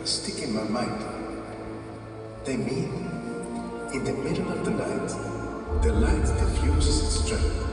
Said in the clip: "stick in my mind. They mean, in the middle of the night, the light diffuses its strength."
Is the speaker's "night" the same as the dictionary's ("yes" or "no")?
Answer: no